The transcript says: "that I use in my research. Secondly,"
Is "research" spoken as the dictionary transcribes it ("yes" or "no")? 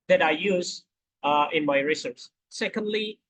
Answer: no